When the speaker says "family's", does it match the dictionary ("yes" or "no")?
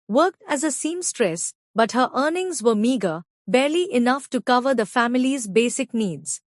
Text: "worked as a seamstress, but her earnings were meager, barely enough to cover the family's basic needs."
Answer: yes